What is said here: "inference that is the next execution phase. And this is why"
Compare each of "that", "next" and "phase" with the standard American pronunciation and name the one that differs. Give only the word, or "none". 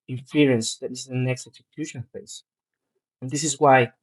phase